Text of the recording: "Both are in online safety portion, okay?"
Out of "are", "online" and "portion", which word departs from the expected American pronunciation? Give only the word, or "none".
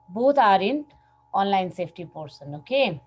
portion